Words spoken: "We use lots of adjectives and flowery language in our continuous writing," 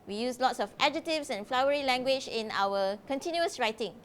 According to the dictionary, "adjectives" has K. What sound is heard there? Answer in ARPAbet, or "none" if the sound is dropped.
none